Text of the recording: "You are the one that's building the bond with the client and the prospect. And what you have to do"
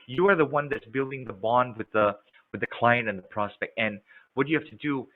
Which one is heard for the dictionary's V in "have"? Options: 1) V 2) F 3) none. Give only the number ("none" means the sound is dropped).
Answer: 2